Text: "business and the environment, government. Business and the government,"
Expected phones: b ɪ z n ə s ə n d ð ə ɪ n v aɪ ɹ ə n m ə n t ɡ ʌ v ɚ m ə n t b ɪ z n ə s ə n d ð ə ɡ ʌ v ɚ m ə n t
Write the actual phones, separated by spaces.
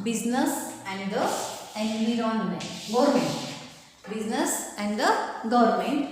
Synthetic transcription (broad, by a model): b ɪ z n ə s ə n d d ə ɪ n i ɹ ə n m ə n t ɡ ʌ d m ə n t b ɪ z n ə s ə n d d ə ɡ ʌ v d m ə n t